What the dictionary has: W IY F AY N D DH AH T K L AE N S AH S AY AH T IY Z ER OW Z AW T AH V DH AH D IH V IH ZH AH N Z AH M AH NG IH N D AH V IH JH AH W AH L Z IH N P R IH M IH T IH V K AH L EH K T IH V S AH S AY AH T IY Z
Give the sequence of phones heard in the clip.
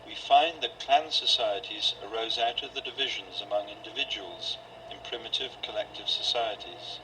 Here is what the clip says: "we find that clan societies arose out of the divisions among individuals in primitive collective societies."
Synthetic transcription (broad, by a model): W IY F AY N DH AH T K L AE N S AH S AY AH T IY Z ER OW Z AW T AH V DH AH D IH V IH ZH AH N Z AH M AH NG IH N D AH V IH JH AH W AH L Z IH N P R IH M IH T IH V K AH L EH K T IH V S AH S AY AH T IY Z